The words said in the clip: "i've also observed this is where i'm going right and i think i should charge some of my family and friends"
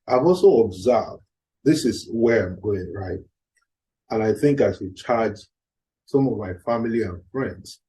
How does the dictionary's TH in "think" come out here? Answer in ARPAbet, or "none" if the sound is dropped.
TH